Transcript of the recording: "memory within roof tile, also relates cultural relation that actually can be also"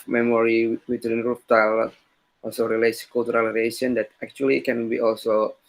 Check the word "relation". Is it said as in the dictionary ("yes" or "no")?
no